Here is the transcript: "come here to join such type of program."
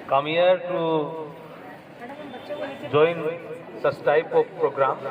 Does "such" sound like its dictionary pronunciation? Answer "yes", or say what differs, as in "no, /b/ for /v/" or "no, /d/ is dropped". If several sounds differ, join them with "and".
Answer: no, /s/ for /tʃ/